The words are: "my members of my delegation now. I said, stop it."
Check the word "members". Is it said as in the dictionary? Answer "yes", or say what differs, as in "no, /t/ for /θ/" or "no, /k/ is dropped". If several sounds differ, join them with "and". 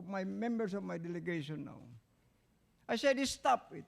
no, /s/ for /z/